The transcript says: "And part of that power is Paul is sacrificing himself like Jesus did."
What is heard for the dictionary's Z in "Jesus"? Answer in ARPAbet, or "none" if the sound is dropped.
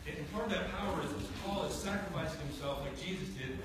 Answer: Z